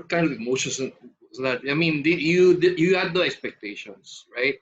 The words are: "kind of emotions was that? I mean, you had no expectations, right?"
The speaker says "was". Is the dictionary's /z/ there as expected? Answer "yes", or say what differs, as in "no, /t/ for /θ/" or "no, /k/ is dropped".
no, /s/ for /z/